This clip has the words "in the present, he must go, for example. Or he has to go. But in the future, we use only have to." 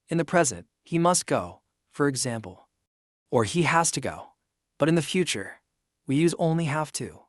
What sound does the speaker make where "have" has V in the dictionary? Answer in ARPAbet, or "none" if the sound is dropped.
F